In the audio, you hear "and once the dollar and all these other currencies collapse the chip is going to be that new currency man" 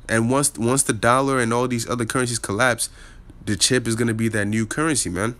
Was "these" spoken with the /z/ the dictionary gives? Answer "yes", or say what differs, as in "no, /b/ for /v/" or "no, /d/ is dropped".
yes